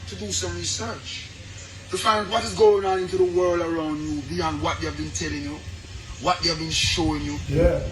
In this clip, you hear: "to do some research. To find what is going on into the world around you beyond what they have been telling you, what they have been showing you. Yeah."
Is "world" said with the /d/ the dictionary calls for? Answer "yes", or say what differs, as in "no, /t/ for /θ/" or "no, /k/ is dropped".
yes